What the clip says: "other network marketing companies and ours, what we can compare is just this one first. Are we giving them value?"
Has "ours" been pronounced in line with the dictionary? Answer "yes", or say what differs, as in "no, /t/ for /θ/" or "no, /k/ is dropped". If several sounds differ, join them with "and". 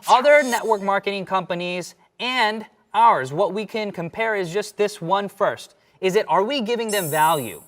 yes